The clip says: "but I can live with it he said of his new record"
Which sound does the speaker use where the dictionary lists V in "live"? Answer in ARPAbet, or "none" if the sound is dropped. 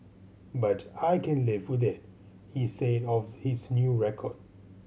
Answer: V